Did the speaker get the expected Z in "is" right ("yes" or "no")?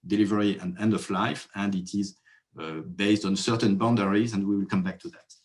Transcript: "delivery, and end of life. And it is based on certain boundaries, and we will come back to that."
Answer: yes